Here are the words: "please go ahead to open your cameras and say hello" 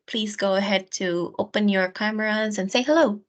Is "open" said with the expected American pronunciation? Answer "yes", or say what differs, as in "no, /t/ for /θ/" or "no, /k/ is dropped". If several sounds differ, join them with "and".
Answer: yes